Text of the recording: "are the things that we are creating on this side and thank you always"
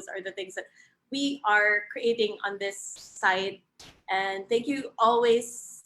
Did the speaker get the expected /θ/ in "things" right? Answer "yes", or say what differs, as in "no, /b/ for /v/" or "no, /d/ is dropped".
yes